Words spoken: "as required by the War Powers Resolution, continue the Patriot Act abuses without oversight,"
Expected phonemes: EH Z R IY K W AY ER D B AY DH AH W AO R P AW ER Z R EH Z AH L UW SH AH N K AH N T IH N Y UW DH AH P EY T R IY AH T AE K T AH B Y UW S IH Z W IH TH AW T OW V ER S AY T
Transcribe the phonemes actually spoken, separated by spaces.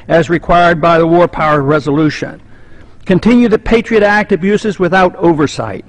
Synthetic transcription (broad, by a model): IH Z R IY K W AY ER D B AY DH AH W AO R P AW ER R EH Z AH L UW SH AH N K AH N T IH N Y UW DH AH P EY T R IY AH T AE K T AH B Y UW S IH Z W IH TH AW T OW V ER S AY T